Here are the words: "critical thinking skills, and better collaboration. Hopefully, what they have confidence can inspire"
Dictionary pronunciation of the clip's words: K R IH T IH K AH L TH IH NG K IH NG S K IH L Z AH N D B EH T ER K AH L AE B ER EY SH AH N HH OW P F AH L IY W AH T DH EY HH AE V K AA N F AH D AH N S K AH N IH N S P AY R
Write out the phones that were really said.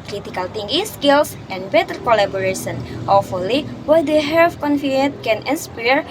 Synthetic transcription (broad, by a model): K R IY T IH K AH L T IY NG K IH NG S K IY L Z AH N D B EH T ER K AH L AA B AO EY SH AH N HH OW F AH L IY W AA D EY HH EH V K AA N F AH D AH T K AH N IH N S P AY R